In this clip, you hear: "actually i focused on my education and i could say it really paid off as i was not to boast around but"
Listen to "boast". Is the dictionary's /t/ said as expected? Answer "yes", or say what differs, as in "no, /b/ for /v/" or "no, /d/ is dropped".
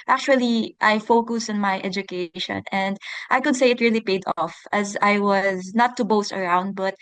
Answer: yes